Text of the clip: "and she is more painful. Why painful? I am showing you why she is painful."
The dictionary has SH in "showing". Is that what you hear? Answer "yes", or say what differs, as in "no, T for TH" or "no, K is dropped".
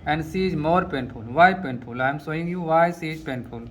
no, S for SH